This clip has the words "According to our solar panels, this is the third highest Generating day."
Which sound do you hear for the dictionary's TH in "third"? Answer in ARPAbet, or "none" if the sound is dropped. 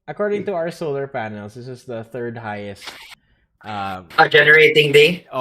TH